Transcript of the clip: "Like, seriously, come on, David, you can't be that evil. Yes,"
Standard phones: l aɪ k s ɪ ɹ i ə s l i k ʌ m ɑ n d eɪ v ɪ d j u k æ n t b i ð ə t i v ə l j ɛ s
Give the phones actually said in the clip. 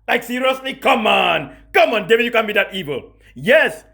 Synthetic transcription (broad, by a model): l aɪ k s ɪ ɹ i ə s l i k ʌ m ɑ n d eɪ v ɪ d j u k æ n b i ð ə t i v ə l j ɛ s